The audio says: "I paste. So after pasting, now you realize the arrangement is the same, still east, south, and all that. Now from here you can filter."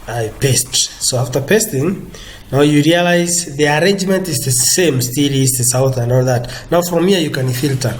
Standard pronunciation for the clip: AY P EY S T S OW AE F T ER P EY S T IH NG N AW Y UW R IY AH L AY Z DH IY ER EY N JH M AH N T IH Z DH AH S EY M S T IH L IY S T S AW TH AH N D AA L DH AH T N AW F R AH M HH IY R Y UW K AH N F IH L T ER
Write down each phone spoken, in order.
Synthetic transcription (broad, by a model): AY P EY S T S OW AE F T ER P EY S T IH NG N AW Y UW R IY AH L AY Z DH IY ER EY N JH M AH N T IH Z DH AH S EY M S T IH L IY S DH S AW TH AH N D AA L DH AH T N AW F R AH M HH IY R Y UW K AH N F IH L T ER